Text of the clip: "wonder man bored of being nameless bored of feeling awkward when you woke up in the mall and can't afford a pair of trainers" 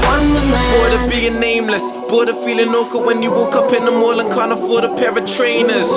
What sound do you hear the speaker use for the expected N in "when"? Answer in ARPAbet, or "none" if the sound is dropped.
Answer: N